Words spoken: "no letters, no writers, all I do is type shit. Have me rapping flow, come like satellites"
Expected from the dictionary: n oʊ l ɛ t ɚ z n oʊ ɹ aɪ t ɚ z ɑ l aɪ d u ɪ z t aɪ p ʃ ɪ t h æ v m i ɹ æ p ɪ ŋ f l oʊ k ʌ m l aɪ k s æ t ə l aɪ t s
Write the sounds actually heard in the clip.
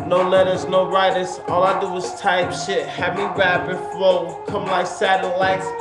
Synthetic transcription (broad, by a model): n oʊ l ɛ t ɚ z n oʊ ɹ aɪ t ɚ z ɑ l aɪ d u ɪ z t aɪ p ʃ ɪ t h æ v m i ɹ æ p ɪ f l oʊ k ʌ m l aɪ k s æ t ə l aɪ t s